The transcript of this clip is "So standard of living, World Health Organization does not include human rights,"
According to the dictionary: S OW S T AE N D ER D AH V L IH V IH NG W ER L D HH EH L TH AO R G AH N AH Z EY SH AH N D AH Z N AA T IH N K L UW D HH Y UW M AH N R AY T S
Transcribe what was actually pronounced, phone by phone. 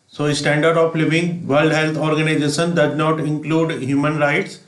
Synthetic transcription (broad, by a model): S OW S T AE N D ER D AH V L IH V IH NG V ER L D HH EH L T AO R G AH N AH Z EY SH AH N D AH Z N AA T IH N K L UW D HH Y UW M AH N R AY T S